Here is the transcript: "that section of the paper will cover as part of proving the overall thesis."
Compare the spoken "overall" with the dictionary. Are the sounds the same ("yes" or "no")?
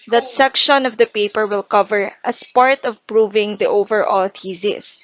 yes